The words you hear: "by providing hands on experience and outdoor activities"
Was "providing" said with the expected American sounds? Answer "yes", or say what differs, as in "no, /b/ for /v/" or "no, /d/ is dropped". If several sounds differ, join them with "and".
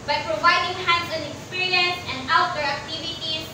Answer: yes